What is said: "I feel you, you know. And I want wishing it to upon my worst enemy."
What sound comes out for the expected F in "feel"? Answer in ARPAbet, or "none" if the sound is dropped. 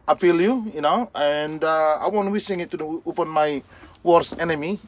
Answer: P